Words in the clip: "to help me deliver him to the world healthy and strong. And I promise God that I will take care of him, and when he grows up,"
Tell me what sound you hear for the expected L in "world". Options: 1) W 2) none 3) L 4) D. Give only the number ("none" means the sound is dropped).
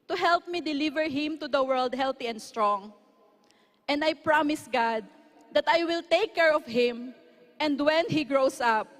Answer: 3